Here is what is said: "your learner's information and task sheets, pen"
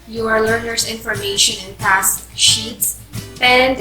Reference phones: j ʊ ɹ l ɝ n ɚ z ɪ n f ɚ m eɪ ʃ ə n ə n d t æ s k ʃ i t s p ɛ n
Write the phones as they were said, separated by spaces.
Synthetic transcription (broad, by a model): j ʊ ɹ l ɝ n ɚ s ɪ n f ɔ m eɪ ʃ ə n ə n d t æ s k ʃ i t s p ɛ n